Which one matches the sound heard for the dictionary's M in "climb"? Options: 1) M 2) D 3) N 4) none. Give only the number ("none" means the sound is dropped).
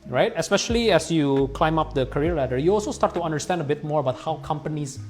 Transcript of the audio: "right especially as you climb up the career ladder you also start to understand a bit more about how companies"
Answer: 1